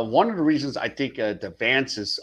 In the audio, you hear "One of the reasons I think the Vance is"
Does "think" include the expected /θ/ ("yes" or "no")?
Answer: yes